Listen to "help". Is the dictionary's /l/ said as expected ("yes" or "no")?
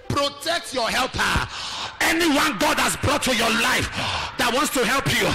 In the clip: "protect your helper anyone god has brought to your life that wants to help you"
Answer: yes